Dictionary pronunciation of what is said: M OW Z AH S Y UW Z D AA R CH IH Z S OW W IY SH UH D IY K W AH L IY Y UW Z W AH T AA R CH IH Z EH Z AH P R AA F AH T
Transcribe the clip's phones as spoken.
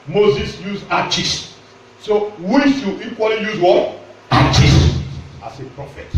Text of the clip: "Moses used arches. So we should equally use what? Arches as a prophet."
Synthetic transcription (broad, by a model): M OW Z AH S Y UW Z AA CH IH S S OW W IY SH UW IY K W AH L IY Y UW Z W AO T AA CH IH S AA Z AH P R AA F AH T